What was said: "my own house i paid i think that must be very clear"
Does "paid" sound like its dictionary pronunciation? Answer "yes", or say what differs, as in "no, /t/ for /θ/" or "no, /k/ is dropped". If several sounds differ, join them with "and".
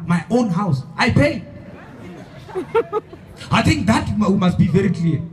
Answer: no, /d/ is dropped